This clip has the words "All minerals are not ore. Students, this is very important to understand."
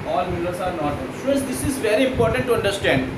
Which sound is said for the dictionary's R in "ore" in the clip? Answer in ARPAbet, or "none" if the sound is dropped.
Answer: L